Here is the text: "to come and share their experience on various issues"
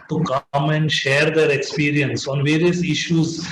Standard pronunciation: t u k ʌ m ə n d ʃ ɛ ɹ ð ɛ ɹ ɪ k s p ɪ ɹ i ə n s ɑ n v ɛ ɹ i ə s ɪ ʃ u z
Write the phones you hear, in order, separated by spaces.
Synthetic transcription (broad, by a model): t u k ʌ m ə n d ʃ ɛ ɹ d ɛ ɹ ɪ k s p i ɹ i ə n s ɑ n v ɛ ɹ i ə s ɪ ʃ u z